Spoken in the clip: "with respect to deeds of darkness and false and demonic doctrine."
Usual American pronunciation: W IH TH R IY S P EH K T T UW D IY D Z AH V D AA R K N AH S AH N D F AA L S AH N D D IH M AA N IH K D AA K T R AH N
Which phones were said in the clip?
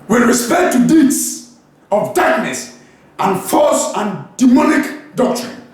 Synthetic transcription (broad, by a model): W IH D R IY S P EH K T T UW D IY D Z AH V D AA R K N AH S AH N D F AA S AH N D D IH M AA N IH K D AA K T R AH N